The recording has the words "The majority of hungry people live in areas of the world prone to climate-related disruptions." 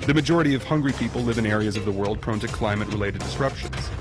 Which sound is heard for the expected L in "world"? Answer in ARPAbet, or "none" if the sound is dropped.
L